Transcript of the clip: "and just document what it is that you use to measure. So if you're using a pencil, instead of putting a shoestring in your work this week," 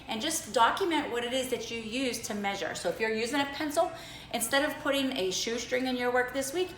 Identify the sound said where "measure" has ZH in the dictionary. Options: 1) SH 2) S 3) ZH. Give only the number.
3